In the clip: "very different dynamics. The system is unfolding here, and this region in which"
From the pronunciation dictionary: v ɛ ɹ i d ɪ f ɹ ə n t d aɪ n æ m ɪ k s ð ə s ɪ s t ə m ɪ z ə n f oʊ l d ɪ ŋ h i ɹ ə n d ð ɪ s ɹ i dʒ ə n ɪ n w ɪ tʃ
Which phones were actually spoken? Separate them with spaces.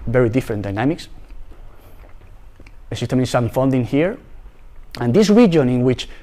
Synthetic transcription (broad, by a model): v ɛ ɹ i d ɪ f ɹ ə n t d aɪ n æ m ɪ k s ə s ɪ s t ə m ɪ s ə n f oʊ n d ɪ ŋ h i ɹ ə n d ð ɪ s ɹ i dʒ ə n ɪ n w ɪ tʃ